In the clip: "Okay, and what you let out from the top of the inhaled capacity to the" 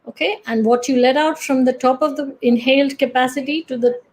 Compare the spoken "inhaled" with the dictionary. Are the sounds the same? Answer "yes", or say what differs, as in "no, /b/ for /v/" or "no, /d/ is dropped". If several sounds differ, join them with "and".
yes